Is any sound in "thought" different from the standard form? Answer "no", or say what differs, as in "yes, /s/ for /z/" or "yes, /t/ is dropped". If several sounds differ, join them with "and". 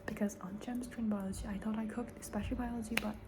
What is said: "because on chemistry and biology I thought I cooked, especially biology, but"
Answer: no